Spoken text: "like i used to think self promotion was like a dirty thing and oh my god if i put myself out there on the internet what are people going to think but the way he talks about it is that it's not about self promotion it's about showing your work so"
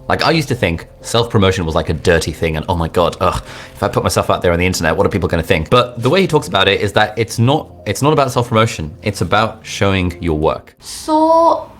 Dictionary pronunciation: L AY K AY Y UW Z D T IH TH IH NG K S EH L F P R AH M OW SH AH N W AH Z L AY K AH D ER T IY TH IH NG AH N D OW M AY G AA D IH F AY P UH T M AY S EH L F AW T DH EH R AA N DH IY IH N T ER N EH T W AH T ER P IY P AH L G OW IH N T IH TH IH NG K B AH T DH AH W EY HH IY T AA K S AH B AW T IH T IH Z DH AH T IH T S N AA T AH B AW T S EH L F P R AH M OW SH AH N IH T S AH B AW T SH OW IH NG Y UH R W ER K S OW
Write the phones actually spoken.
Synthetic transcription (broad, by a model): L AY K AY Y UW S T IH TH IH NG K S EH L F P R AH M OW SH AH N W AH Z L AY K AH D ER T IY TH IH NG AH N OW M AY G AA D IH F AY P UH T M AY S EH L F AW T DH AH R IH N DH IY IH N T ER N EH T W AH T ER P IY P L G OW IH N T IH TH IH NG K B AH T DH AH W EY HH IY T AA K S AH B AW T IH T IH Z DH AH T IH T S N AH T AH B AW T S EH L F P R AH M OW SH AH N IH T S AH B AW T SH OW IH NG Y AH R W ER K S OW